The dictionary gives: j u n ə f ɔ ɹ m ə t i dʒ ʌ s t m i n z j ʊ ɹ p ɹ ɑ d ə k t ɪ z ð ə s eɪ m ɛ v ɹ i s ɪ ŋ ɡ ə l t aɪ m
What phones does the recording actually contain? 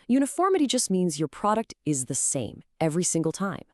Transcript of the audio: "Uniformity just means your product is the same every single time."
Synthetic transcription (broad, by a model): j u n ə f ɔ ɹ m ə t i dʒ ʌ s t m i n z j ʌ ɹ p ɹ ɑ d ə k t ɪ z ð ə s eɪ m ɛ v ɹ i s ɪ ŋ ɡ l t aɪ m